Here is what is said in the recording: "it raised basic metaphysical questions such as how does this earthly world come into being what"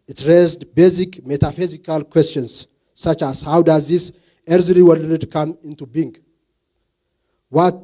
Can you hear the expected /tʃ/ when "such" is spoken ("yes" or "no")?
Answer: yes